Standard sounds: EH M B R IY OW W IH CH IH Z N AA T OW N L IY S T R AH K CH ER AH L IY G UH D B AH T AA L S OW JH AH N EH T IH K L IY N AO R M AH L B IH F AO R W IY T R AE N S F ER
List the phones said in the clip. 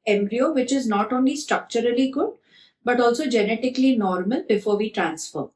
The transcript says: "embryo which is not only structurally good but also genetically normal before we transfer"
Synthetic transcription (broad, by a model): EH M B R IY OW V IH CH IH Z N AA T OW N L IY S T R AH K CH ER AH L IY G UH D B AH T AA L S OW JH AH N EH T IH K L IY N AO R M AH L B IH F AO R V IY T R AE N S F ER